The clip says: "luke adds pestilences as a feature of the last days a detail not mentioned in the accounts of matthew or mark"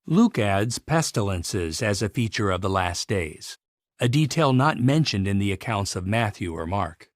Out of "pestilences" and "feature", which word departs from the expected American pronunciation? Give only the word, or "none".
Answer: none